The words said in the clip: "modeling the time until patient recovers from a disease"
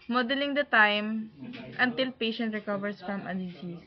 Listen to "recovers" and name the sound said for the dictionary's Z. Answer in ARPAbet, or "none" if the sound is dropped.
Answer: S